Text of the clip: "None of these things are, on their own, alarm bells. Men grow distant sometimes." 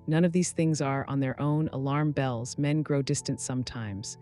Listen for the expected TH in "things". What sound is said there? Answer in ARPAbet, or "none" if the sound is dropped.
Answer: TH